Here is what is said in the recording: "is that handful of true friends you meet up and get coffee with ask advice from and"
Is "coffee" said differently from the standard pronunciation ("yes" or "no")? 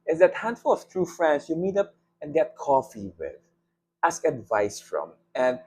no